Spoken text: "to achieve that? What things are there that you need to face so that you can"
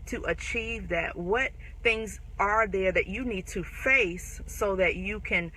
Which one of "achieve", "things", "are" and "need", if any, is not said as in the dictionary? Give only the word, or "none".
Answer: none